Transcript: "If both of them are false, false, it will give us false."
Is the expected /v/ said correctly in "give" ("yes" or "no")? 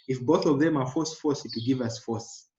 yes